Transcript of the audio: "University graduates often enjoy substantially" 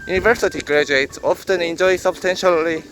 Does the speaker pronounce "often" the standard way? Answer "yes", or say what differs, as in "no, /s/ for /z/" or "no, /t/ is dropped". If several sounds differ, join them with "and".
yes